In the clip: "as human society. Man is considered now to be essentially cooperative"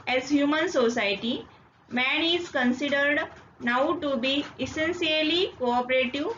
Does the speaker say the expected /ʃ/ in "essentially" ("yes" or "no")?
no